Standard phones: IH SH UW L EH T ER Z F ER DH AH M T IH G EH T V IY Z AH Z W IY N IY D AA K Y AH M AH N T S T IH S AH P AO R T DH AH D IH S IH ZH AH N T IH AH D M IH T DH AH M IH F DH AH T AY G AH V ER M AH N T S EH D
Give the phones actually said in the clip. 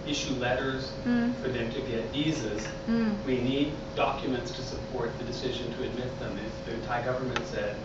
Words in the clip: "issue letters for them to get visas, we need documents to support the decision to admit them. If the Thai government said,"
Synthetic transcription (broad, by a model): IH SH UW L EH T ER Z F ER DH AH M T IH G EH T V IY Z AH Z W IY N IY D AA K Y AH M AH N T S T IH S AH P AO R T DH AH D IH S IH ZH AH N T IH AH D M IH T DH AH M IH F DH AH T AY G AH V ER M AH N T S EH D